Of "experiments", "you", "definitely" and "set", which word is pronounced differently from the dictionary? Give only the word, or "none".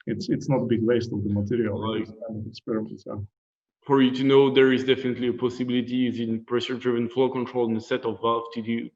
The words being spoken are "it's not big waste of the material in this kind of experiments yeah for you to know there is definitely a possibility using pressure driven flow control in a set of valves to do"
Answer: experiments